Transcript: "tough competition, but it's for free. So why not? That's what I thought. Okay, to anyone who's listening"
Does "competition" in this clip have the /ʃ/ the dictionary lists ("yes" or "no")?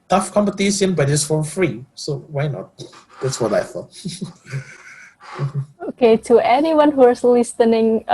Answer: no